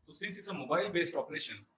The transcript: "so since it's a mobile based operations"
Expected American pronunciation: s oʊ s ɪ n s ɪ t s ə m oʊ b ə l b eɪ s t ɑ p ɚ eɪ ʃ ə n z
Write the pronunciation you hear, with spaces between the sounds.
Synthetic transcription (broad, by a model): s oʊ s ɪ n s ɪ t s ə m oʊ b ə l b eɪ s t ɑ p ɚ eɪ ʃ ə n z